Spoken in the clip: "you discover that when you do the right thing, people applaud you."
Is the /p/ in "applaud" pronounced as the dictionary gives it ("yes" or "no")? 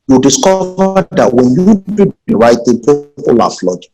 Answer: no